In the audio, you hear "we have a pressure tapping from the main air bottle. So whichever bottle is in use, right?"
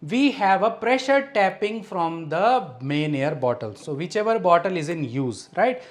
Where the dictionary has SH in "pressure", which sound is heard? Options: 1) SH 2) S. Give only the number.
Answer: 1